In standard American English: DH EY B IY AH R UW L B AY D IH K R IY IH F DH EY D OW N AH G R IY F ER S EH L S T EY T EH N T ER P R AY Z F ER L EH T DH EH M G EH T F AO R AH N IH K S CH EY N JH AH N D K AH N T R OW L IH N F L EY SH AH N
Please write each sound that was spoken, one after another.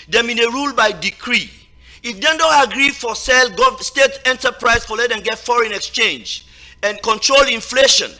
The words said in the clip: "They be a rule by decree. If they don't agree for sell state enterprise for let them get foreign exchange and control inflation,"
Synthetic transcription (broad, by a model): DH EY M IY AH R UW L B AY D IH K R IY IH F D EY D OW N AH G R IY F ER S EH L S T EY T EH N T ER P R AY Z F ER L EH T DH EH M G EH T F AO R AH N IH K S CH EY N JH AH N K AH N T R OW L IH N F L EY SH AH N